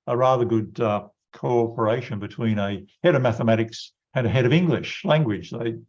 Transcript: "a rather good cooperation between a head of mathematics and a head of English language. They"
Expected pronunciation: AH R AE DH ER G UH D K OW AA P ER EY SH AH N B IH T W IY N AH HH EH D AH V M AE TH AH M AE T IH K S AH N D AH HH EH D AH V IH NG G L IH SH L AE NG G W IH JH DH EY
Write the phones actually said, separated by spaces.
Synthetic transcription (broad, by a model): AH R AE DH ER G UH D K OW AA P ER EY SH AH N B IH T W IY N AH HH EH D AH V M AE TH AH M AE T IH K S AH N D AH HH EH D AH V IH NG G L IH SH L AE NG G W IH JH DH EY